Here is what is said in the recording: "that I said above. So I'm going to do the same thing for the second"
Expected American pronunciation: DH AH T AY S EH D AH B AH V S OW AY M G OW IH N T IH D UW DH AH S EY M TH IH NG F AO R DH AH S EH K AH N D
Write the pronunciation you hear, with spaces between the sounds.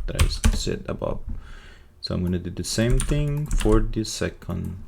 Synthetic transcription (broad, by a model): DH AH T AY S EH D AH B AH P S OW AY M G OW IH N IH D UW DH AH S EY M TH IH NG F AO R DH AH S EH K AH N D